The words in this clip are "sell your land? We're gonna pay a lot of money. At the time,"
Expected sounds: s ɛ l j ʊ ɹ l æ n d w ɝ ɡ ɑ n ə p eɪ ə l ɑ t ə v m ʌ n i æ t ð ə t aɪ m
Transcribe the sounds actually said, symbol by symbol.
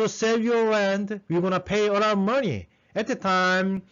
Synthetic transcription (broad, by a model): s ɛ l j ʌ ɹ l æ n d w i ɡ ɑ n ə p eɪ ə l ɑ ə m ʌ n i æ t ð ə t aɪ m